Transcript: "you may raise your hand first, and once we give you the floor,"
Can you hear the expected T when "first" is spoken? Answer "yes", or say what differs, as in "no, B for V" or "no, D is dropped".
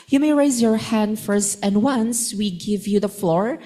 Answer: yes